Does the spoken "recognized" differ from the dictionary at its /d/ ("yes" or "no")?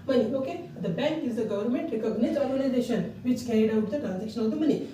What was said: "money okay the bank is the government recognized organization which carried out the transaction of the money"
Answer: yes